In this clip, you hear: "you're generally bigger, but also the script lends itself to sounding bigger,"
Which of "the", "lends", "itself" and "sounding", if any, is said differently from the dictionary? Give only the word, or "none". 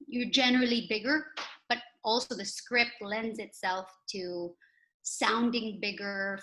none